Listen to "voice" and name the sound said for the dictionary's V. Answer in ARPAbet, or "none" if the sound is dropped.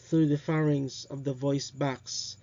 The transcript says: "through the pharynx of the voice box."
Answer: V